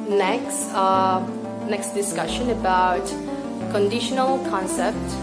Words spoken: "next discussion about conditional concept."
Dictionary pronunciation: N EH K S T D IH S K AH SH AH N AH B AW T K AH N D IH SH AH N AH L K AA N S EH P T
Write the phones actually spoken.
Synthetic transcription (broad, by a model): N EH K S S D IH S K AH SH AH N AH B AW T K AH N D IH SH AH N AH L K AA N S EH P T